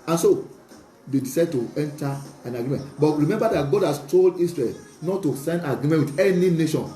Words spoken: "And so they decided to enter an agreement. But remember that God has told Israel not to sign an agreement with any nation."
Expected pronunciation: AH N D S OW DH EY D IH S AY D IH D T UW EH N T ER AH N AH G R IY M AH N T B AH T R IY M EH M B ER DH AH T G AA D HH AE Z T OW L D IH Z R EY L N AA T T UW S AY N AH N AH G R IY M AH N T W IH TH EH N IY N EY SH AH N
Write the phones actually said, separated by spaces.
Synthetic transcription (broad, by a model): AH N S OW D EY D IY S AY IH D T UW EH N T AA AH N AH G R IY M AH N T B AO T R IY M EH M B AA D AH T G AA D HH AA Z T OW L D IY S R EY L N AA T T UW S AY AH N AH G R IY M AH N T W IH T EH N IY N EY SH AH N